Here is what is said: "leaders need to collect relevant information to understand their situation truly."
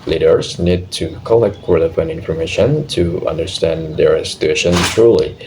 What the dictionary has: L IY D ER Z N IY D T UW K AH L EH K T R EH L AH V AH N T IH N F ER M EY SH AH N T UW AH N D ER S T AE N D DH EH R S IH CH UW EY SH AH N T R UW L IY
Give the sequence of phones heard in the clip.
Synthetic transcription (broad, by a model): L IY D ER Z N IY D T UW K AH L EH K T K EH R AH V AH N IH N F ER M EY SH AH N T UW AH N D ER S T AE N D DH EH R S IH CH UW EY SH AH N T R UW L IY